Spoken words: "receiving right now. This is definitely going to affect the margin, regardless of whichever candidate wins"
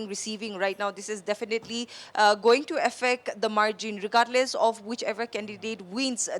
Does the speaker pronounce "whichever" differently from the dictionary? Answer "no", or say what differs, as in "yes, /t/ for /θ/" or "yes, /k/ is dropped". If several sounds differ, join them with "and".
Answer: no